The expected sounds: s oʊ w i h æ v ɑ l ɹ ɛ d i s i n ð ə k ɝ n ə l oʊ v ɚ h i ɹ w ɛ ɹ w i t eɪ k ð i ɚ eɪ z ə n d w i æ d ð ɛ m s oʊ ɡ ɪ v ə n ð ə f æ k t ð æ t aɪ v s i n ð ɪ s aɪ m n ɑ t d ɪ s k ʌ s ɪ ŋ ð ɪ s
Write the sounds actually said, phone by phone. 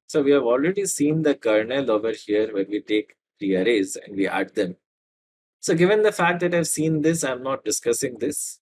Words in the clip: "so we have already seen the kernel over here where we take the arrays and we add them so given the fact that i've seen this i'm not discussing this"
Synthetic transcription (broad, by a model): s oʊ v i h æ v ɑ l ɹ ɛ d i s i n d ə k ɝ n ə l oʊ v ɚ h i ɹ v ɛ ɹ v i t eɪ k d i ɚ eɪ z ə n d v i æ d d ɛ m s oʊ ɡ ɪ v ə n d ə f æ k t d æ t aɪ v s i n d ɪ s aɪ m n ɑ t d ɪ s k ʌ s ɪ ŋ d ɪ s